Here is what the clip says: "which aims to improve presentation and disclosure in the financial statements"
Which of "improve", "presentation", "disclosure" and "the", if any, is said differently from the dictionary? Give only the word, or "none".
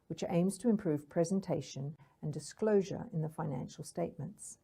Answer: none